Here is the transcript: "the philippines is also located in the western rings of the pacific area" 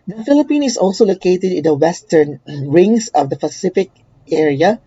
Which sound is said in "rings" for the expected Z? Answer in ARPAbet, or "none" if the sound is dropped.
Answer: S